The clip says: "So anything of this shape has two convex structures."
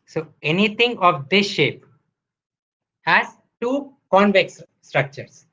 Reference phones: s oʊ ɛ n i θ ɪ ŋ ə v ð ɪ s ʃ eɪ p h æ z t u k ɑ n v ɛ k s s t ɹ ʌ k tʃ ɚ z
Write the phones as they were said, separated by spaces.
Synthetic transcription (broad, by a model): s oʊ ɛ n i t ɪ ŋ ə v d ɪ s ʃ eɪ p h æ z t u k ɑ n v ɛ k s s t ɹ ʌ k tʃ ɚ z